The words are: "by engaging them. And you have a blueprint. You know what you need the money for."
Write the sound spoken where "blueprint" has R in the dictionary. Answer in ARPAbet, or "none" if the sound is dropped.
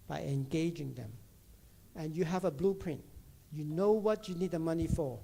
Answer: R